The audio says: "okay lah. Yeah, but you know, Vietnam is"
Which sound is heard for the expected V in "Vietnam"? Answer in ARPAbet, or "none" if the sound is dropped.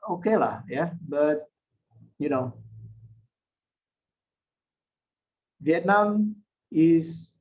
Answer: V